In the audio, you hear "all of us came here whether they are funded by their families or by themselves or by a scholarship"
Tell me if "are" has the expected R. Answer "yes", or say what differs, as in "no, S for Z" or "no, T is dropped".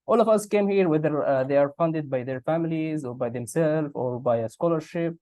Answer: yes